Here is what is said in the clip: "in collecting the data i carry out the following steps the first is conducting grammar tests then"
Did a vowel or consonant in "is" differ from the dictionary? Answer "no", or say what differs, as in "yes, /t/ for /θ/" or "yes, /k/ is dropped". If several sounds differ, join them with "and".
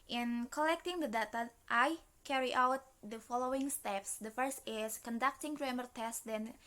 yes, /s/ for /z/